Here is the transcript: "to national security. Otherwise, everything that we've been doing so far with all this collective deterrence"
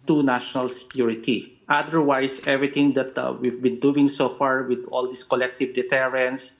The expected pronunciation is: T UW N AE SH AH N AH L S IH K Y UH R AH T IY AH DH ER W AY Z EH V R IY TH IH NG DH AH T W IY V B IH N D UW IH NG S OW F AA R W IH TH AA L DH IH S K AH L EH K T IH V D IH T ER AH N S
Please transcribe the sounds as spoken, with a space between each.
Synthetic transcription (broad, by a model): T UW N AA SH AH N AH L S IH K Y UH R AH T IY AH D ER W AY S EH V R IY T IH NG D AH T W IY V B IH N D UW IH NG S OW F AA R W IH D AA L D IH S K AH L EH K T IH V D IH T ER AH N S